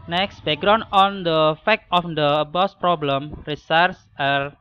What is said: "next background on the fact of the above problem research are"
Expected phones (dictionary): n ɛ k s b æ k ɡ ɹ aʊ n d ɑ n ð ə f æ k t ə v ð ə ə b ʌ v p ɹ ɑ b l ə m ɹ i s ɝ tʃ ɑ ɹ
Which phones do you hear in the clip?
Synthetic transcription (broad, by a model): n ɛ k s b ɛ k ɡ ɹ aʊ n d ɑ n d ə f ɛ k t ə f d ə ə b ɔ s p ɹ ɑ b l ə m ɹ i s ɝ s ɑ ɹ